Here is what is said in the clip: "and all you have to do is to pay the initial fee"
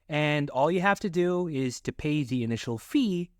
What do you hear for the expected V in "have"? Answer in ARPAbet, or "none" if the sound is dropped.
F